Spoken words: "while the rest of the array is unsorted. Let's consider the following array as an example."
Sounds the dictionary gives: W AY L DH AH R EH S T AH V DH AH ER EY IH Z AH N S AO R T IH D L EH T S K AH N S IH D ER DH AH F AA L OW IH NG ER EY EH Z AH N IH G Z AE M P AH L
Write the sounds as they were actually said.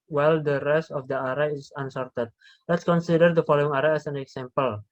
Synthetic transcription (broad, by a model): W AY L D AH R EH S T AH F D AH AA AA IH S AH N S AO R T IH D L EH T S K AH N S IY D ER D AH F AA L OW IH NG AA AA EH S AH N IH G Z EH M P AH L